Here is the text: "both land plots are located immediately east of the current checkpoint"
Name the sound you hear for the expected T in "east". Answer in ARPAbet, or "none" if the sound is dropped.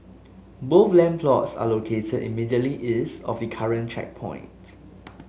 none